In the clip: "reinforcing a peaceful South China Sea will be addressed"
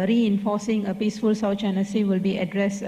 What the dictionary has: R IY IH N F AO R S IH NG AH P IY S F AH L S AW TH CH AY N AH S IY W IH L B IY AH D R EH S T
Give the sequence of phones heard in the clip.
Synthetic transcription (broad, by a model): R IY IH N F AO S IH NG AH P IY S F AH L S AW T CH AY N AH S IY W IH L B IY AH D R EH S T